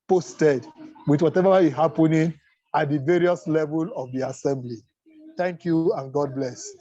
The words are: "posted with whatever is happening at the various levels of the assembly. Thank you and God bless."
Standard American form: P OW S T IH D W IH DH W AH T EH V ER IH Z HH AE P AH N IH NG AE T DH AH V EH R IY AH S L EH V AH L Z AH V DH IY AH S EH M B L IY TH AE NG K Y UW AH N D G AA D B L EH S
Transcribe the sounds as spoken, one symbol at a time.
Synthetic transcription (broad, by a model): P OW S T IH D W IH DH W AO T EH V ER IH HH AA P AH N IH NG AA T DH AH V EH R IY AH S L EH V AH L AH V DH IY AH S EH M B L IY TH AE NG K Y UW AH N G AA D B L EH S